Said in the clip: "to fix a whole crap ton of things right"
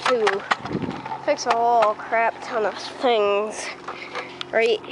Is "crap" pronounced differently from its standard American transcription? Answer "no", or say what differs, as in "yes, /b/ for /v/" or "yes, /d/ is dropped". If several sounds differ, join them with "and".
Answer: no